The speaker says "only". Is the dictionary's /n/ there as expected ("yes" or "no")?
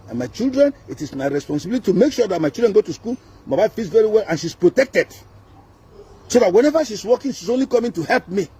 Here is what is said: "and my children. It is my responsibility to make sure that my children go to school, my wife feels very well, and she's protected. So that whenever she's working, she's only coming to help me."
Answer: yes